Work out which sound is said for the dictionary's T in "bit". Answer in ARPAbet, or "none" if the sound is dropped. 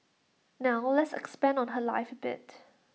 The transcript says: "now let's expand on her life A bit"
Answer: T